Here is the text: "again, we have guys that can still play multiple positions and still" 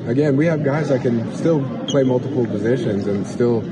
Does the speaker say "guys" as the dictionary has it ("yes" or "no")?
yes